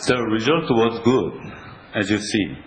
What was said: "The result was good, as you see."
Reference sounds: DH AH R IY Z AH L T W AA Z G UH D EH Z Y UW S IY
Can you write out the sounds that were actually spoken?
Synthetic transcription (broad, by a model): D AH R IY Z AH L T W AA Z G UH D EH Z Y UW S IY